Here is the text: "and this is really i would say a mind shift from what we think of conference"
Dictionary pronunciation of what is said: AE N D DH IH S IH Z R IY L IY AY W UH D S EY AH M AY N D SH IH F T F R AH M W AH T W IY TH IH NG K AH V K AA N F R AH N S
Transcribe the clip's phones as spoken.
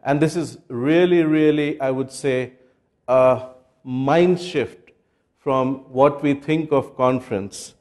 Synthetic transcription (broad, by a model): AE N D IH S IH Z R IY L IY AY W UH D S EY AH M AY N D SH IH F T F R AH M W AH T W IY T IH NG K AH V K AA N F R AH N S